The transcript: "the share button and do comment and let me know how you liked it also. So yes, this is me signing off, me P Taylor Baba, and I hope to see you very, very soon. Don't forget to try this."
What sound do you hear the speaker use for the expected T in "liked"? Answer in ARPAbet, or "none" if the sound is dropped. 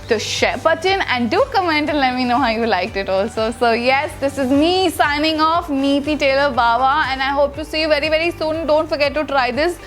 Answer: T